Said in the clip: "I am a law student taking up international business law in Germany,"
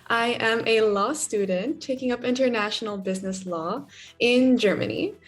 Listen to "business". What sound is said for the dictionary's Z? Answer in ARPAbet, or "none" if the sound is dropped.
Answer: Z